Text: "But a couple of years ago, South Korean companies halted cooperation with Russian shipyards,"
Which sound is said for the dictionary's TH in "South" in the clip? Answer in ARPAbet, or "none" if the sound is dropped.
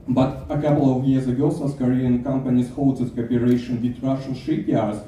S